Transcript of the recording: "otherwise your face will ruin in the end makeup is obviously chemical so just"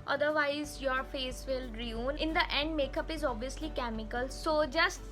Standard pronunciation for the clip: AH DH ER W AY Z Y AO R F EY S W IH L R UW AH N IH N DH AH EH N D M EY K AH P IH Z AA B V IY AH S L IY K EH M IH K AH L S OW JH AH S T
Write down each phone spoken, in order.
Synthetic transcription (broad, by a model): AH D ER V AY Z Y AO R F EY S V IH L R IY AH N IH N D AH EH N D M EY K AH P IH Z AA B V IY AH S L IY K EH M IH K AH L S OW JH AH S T